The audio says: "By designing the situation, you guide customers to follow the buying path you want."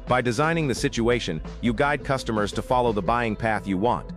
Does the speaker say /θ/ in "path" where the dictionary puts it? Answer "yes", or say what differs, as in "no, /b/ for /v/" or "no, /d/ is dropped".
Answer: yes